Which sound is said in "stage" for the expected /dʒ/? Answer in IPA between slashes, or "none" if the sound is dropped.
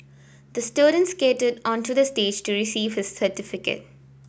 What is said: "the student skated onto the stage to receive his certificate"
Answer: /dʒ/